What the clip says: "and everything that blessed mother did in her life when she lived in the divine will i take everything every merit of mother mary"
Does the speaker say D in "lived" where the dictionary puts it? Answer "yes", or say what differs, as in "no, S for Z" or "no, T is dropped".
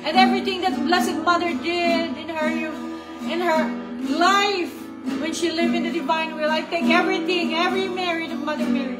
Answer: no, D is dropped